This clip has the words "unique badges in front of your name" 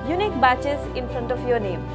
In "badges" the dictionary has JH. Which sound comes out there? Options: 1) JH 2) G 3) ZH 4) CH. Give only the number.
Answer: 4